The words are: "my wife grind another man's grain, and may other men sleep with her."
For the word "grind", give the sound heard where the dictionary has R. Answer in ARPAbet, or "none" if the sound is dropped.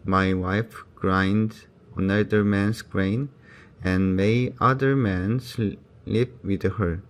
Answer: R